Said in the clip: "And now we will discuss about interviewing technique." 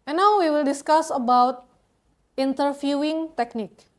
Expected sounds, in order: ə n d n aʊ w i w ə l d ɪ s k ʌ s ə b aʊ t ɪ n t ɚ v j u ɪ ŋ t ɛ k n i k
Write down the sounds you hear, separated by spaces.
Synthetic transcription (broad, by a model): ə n n aʊ w i w ə l d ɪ s k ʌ s ə b aʊ t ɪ n t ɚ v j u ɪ ŋ t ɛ k n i k